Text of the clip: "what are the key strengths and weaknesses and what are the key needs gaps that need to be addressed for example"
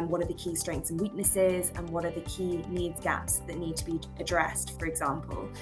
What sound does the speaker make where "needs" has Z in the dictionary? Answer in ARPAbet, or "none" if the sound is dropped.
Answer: Z